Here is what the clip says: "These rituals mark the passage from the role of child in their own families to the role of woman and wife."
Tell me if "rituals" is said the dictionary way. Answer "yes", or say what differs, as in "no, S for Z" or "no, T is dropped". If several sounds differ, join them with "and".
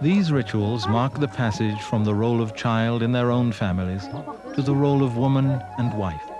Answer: yes